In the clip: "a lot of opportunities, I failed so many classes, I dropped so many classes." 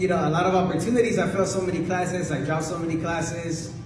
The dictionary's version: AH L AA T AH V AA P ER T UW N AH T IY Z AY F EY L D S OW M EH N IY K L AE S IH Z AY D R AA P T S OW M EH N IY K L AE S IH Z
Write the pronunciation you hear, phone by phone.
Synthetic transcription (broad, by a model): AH L AA T AH V AA P ER T UW N AH T IY Z AY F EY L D S OW M EH N IY K L AE S IH Z AY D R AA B S OW M EH N IY K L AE S IH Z